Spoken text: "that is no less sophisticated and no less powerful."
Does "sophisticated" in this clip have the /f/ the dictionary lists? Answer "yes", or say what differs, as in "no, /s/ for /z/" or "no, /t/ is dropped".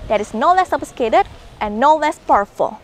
no, /p/ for /f/